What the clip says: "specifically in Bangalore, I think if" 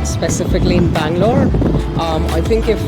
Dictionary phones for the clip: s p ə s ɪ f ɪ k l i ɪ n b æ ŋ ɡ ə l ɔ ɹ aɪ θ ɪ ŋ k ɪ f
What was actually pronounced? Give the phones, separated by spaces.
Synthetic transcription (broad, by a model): s p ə s ɪ f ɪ k l i ɪ n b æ ŋ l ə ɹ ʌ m aɪ θ ɪ ŋ k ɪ f